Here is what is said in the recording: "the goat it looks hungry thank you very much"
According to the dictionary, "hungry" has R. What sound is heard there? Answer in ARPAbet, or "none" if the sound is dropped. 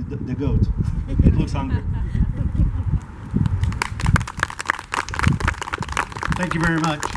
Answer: none